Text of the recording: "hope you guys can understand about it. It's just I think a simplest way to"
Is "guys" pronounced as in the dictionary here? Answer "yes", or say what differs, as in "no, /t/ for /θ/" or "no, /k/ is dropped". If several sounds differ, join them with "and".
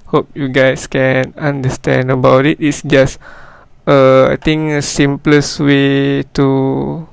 no, /s/ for /z/